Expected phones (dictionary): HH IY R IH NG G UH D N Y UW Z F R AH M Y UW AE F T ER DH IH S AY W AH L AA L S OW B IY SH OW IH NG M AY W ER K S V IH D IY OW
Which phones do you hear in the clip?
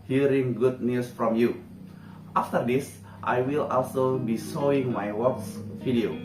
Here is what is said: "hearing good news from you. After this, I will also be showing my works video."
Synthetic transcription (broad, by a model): HH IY R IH NG G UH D N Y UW S F R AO M Y UW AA F T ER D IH S AY W AH L AA L S OW B IY S OW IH NG M AY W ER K S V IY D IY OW